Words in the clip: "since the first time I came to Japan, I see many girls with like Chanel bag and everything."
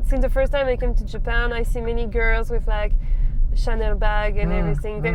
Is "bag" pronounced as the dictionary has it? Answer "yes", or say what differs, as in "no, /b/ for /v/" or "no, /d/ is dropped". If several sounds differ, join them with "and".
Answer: yes